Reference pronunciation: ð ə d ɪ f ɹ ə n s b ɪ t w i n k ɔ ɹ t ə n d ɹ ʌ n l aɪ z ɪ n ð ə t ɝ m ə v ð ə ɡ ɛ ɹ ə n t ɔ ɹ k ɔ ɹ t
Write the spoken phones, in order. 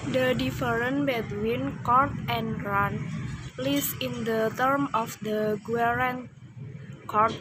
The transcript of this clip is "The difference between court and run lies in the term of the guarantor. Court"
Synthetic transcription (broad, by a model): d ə d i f ɹ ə n b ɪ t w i n k ɔ ɹ t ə n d ɹ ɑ n l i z ɪ n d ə t ɝ m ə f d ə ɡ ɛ ɹ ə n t k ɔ ɹ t